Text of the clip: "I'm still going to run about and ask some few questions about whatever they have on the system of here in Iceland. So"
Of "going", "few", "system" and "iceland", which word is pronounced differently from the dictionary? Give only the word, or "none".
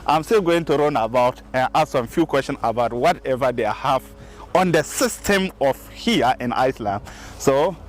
none